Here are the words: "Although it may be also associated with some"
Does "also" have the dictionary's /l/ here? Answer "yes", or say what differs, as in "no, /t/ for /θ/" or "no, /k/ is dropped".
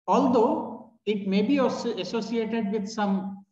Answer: no, /l/ is dropped